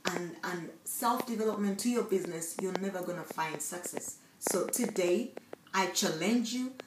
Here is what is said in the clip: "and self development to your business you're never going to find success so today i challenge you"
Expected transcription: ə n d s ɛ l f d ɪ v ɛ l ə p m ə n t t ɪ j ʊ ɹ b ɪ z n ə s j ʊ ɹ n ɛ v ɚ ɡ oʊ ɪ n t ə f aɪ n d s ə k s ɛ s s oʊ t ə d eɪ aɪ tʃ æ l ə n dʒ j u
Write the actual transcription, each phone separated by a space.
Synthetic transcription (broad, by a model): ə n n s ɛ l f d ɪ v ɛ l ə p m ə n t t ɪ j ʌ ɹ b ɪ z n ə s j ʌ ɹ n ɛ v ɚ ɡ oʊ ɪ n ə f aɪ n d s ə k s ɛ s s oʊ t ə d eɪ aɪ tʃ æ l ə n dʒ j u